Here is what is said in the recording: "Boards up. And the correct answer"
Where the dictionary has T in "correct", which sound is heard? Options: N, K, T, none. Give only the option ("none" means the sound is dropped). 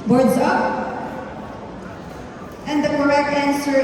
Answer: none